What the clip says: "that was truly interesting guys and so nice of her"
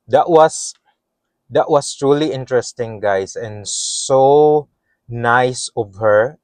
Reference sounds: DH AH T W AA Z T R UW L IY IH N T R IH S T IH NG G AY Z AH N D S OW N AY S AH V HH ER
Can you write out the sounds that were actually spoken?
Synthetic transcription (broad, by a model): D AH T W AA S T R UW L IY IH N T R IH S T IH NG G AY S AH N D S OW N AY S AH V HH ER